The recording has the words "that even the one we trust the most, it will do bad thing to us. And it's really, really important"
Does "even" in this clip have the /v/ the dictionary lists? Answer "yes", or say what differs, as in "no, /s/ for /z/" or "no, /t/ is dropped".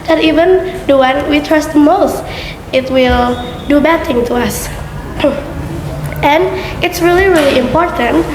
yes